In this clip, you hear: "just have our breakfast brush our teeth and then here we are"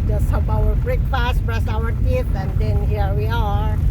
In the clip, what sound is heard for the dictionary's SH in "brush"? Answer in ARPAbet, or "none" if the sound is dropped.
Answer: S